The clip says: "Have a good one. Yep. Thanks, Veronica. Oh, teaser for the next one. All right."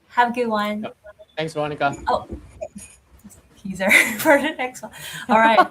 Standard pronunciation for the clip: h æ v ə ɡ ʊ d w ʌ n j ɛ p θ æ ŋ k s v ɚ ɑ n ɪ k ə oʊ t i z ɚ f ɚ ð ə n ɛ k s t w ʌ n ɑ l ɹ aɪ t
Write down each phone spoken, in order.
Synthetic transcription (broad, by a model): h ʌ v ə ɡ ʊ d w ʌ n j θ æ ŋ s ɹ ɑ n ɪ k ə oʊ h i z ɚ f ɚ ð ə n ɛ k s t w ʌ n ɑ l ɹ aɪ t